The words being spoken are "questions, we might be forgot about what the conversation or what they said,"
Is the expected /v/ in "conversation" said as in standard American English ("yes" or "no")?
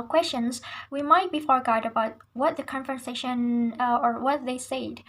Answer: no